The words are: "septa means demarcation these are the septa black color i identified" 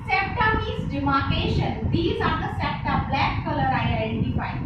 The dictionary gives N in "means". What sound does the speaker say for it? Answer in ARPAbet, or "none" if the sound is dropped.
none